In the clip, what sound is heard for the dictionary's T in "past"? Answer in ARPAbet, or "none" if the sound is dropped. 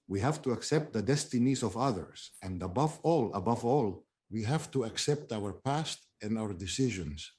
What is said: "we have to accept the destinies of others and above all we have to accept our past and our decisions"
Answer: T